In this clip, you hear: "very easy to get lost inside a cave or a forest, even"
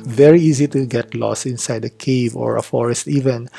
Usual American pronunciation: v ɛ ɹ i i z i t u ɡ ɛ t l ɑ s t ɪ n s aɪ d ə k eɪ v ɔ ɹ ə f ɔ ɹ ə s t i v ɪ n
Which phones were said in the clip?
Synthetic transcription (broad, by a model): v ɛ ɹ i i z i t u ɡ ɛ t l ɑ s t ɪ n s aɪ d ə k eɪ v ɔ ɹ ə f ɔ ɹ ə s t i v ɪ n